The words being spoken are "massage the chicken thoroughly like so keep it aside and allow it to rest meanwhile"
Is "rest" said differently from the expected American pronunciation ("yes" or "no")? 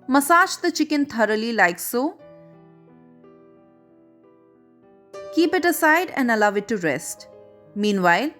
no